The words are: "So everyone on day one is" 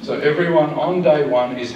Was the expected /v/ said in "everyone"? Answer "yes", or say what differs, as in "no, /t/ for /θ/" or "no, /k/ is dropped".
yes